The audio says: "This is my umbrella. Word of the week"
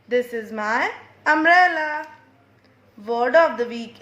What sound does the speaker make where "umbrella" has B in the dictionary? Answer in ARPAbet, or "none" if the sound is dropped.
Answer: none